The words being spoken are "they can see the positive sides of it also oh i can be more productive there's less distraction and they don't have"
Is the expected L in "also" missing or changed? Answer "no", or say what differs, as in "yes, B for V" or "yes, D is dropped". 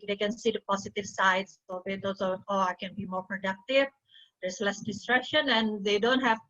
yes, L is dropped